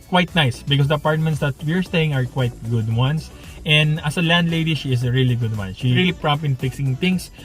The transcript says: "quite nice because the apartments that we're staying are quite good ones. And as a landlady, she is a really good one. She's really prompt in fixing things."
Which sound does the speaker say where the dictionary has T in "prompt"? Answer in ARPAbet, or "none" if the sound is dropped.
none